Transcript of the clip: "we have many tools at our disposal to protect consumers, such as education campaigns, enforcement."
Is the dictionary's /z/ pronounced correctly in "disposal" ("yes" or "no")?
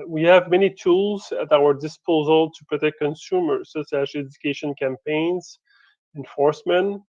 yes